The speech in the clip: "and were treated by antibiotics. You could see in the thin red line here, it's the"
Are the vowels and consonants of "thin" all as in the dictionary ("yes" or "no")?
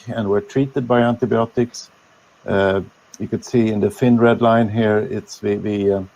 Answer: no